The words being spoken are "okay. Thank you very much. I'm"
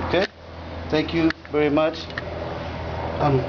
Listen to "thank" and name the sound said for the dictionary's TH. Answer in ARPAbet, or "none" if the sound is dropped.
T